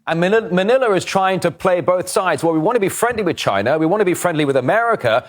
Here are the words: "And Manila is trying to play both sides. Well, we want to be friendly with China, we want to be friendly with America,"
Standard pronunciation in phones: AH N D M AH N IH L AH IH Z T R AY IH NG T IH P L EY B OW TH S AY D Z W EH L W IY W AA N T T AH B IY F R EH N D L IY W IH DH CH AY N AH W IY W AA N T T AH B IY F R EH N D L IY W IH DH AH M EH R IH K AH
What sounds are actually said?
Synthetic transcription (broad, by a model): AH N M M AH N IH L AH IH Z T R AY IH NG T IH P L EY B OW TH S AY D Z W EH L W IY W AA N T T AH B IY F R EH N D L IY W IH DH CH AY N AH W IY W AA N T T AH B IY F R EH N D L IY W IH DH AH M EH R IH K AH